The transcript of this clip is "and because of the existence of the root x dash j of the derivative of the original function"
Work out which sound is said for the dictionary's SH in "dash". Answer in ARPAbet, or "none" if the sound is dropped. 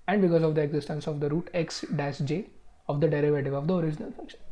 S